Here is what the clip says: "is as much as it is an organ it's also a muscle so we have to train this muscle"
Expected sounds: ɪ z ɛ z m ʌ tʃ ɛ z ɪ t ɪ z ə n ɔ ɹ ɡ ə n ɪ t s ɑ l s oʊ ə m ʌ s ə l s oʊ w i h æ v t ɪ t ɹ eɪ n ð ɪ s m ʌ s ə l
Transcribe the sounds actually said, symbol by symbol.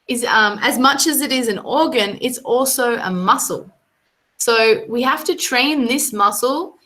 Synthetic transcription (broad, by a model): ɪ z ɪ z m ʌ tʃ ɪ z ɪ t ɪ z ə n ɔ ɹ ɡ ə n ɪ t s ɑ l s oʊ ə m ʌ s l s oʊ w i h æ f t ɪ t ɹ eɪ n ð ɪ s m ʌ s l